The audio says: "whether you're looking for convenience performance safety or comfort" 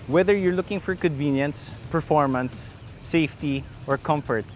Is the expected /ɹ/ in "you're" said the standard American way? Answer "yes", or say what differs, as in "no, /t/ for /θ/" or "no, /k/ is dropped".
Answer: yes